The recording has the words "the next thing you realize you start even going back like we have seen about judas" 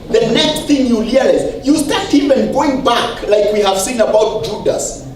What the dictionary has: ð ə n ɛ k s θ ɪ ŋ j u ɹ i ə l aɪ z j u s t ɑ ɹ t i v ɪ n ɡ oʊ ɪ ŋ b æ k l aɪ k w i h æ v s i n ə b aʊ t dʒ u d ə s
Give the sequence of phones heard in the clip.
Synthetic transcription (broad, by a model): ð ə n ɛ k s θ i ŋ j u l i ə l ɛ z j u s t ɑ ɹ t i v ɪ n ɡ oʊ ɪ ŋ b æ k l aɪ k w i h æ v s i n ə b aʊ t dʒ u d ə s